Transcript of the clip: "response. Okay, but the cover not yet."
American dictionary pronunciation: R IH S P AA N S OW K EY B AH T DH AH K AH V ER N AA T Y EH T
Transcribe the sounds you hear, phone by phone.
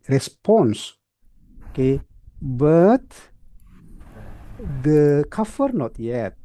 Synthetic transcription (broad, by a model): R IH S P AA N S K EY B AH T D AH K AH F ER N AA T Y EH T